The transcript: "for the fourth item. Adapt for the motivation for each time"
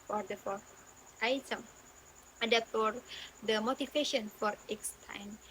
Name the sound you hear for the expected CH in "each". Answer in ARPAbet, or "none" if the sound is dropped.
S